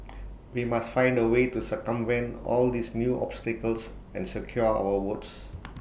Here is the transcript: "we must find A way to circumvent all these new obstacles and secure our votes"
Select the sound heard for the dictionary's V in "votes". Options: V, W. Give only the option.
W